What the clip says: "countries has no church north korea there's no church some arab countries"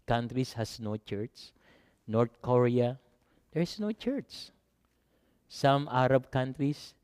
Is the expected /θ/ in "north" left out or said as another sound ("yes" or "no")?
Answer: yes